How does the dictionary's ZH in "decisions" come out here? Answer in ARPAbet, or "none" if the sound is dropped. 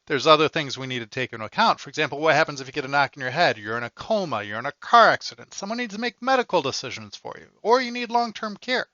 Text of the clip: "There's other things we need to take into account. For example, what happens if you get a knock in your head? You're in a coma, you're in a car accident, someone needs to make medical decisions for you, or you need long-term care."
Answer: ZH